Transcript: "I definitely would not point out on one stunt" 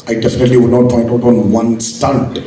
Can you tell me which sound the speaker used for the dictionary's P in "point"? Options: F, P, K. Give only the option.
F